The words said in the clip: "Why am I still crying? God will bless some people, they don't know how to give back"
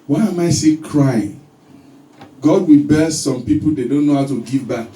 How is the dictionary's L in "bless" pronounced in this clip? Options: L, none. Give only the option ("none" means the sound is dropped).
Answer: none